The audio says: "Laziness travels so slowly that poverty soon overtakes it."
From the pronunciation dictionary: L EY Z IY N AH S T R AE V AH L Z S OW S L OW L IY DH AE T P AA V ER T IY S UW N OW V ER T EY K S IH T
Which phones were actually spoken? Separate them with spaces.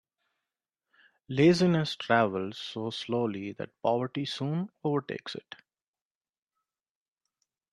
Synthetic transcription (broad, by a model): L EY Z IY N AH S T R AE V AH L Z S OW S L OW L IY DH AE T P AA V ER T IY S UW N OW V ER T EY K S IH T